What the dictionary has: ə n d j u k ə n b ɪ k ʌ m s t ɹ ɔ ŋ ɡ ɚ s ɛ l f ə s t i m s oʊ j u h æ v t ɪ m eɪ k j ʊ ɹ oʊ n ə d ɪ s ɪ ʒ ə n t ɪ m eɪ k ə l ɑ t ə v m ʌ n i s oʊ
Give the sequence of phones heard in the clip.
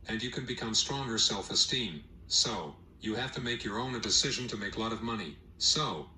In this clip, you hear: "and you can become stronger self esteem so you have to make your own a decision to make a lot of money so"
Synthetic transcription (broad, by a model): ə n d j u k ə n b ɪ k ʌ m s t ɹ ɔ ŋ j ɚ s ɛ l f ə s t i m s oʊ j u h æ f t ɪ m eɪ k j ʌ ɹ oʊ n ə d ɪ s ɪ ʒ ə n t ɪ m eɪ k l ɑ t ə v m ʌ n i s oʊ